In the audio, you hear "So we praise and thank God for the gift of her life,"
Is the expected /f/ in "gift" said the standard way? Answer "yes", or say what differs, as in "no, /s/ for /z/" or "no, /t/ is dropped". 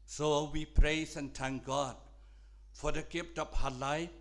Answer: no, /p/ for /f/